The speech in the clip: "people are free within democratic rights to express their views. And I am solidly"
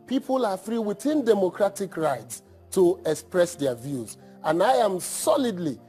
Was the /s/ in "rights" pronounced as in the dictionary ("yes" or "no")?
yes